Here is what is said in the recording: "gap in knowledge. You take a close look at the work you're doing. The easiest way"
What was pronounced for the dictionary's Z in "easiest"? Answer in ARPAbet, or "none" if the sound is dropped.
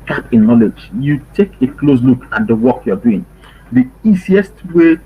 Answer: S